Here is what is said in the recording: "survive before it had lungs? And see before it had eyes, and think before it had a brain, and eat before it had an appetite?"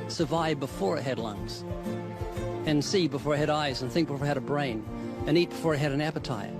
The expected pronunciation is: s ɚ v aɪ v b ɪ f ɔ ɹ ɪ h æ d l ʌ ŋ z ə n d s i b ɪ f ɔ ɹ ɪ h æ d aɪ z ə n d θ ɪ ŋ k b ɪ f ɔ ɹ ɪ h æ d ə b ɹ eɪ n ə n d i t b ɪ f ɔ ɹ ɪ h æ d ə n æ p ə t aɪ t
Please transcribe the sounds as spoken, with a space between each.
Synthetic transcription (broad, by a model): s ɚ v aɪ v b ɪ f ɔ ɹ ɪ h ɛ d l ʌ ŋ z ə n s i b ɪ f ɔ ɹ ɪ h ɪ d aɪ z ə n θ ɪ ŋ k b ɪ f ɔ ɹ ɪ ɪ d ə b ɹ eɪ n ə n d i t b ɪ f ɔ ɹ ɪ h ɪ d ə n æ p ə t aɪ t